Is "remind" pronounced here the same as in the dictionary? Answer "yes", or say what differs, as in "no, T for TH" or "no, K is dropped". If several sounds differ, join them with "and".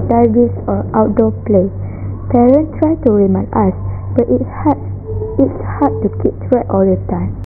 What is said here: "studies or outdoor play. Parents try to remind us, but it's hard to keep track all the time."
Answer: no, D is dropped